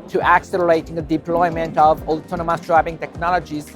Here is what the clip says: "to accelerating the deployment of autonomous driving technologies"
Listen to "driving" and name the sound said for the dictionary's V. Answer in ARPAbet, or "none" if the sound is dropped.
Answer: B